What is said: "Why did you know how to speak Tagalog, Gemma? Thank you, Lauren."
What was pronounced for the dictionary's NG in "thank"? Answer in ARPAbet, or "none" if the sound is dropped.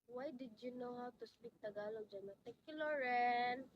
none